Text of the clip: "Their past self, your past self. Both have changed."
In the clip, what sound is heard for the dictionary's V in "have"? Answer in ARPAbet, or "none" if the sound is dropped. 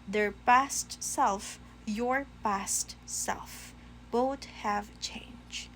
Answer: V